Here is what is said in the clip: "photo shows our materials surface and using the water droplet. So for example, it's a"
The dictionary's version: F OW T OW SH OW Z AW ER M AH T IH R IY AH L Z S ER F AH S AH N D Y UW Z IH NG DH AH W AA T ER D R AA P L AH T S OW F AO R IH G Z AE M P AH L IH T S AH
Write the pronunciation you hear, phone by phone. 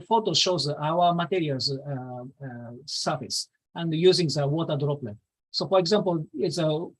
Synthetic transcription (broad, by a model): F OW T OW SH OW Z AW ER M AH T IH R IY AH L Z S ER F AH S AH N D Y UW Z IH NG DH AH W AA T ER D R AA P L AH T S OW F AO R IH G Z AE M P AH L IH T S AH